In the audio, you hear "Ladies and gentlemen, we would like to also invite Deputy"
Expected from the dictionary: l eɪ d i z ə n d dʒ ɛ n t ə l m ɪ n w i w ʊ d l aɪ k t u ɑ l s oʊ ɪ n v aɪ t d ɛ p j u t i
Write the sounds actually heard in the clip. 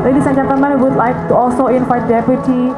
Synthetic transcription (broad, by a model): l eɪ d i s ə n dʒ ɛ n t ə m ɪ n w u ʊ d l aɪ k t u ɑ l s oʊ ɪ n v aɪ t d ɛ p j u t i